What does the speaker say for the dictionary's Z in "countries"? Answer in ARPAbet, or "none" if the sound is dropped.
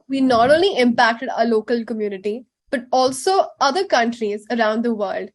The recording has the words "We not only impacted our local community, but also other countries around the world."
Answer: Z